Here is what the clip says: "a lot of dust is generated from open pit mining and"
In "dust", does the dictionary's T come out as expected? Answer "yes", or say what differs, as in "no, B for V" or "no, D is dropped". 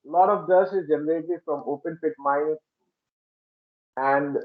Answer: no, T is dropped